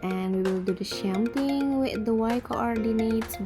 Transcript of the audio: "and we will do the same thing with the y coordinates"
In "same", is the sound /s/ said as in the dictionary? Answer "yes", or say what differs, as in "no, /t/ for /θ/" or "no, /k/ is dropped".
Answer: no, /ʃ/ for /s/